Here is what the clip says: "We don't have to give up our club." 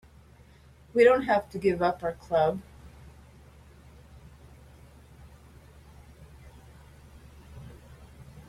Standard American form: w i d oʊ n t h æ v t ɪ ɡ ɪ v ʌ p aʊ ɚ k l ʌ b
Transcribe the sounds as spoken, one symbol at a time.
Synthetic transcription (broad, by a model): w i d oʊ n t h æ f t ɪ ɡ ɪ v ʌ p aʊ ɚ k l ʌ b